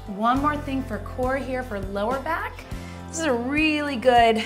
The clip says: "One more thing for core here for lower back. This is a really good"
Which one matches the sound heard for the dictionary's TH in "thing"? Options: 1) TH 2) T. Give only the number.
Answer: 1